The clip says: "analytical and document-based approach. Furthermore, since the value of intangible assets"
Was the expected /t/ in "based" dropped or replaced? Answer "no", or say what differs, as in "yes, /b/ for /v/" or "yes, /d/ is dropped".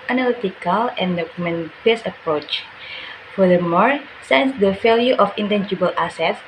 yes, /t/ is dropped